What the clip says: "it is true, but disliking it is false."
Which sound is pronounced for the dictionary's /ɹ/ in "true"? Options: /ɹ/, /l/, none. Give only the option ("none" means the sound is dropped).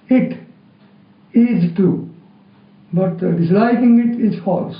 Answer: none